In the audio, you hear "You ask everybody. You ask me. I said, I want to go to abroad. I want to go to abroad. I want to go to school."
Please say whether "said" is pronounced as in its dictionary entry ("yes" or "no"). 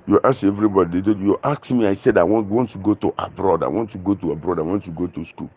yes